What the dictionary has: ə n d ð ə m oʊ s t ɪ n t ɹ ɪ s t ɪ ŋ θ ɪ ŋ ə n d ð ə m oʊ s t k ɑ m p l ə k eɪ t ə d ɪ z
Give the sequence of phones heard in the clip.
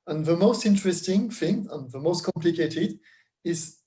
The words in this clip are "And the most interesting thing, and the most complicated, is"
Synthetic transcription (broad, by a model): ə n ð ə m oʊ s t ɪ n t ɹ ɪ s t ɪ ŋ θ ɪ ŋ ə n ð ə m oʊ s t k ɑ m p l ə k eɪ t ə d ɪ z